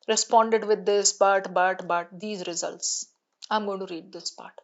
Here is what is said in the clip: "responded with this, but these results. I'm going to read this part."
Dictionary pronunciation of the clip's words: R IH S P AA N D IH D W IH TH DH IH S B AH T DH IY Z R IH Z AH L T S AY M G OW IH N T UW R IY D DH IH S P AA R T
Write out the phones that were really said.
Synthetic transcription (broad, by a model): R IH S P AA N D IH D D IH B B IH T B AH T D IY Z R IH Z AH L T S AY M G OW IH N T UW R IY D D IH S P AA R T